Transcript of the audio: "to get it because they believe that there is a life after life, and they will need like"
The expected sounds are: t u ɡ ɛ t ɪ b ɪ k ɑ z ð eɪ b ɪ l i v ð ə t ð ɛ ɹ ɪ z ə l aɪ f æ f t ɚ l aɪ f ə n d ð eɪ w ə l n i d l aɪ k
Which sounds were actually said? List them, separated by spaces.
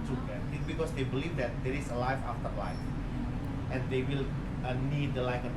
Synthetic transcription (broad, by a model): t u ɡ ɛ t ɪ b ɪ k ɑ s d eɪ b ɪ l i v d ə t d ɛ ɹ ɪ s ə l aɪ f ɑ f t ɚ l aɪ f ə n d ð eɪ w ə l n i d l aɪ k